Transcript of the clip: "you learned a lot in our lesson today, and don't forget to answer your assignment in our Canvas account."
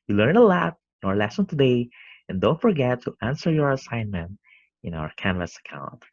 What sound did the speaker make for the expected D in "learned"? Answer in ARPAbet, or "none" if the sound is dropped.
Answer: none